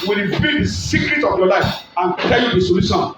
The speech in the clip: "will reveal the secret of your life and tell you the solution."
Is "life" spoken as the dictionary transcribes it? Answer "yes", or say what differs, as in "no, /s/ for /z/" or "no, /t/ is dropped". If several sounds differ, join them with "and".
yes